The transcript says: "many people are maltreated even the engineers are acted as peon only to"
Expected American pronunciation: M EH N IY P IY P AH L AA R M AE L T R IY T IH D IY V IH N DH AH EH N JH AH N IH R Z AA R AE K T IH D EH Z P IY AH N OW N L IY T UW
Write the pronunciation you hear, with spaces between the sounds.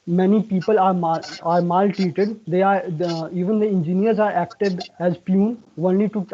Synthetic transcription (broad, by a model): M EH N IY P IY P AH L AA R M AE L T IY T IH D IY V IH N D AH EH N JH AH N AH R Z AA R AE K T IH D EH Z P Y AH N OW N L IY T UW